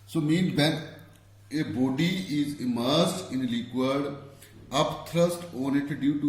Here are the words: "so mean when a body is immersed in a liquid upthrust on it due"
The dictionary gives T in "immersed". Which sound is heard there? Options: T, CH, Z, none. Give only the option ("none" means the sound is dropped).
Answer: T